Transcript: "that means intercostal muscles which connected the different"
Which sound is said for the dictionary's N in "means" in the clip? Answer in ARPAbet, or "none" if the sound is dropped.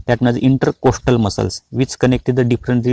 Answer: none